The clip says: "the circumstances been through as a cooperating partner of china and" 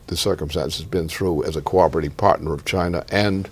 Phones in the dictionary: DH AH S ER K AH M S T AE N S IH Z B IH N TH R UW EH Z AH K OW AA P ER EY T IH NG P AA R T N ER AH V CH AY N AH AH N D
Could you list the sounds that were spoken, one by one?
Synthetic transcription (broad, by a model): DH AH S ER K AH M S T AE N S IH Z B IH N TH R UW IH Z AH K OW AA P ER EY T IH P AA R T N ER AH V CH AY N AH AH N